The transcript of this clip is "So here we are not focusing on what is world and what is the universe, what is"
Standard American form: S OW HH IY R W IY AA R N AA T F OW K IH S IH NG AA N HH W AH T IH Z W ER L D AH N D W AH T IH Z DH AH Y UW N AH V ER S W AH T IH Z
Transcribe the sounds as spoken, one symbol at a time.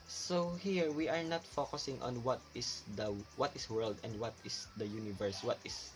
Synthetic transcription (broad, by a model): S OW HH IY R W IY AA R N AA T F OW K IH S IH NG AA N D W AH T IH S W ER L D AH N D W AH T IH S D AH Y UW N AH V ER S W AH T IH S